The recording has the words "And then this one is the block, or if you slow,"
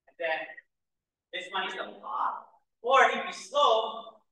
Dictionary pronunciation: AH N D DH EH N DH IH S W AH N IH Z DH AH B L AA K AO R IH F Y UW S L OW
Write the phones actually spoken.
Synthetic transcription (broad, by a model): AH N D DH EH N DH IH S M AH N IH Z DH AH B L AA AO R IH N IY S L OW